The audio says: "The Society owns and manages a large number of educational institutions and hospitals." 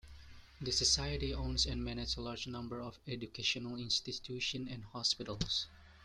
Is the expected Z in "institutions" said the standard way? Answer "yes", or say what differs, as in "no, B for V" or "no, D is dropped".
no, Z is dropped